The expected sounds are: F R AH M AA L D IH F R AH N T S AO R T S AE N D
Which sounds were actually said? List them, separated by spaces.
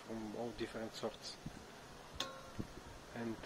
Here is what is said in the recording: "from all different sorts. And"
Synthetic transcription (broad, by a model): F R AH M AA W D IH F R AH N T S AO R T S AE N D